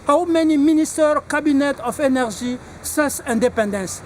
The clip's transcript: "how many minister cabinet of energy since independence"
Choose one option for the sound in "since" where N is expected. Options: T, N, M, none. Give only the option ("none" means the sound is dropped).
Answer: none